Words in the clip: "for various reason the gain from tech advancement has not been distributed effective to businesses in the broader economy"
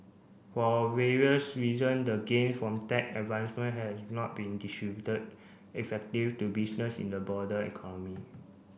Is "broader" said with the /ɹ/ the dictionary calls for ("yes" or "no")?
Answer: no